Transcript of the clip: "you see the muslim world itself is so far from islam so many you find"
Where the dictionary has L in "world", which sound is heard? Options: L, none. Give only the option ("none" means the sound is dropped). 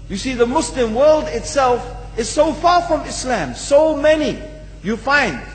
L